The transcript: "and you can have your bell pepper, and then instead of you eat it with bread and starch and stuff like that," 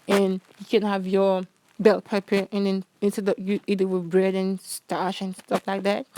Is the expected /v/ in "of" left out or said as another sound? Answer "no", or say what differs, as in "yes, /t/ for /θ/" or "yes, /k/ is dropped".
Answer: yes, /p/ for /v/